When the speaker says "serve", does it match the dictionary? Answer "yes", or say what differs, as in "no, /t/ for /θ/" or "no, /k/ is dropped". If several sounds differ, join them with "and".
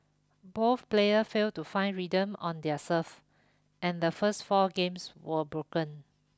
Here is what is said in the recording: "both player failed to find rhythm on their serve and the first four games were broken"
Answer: no, /f/ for /v/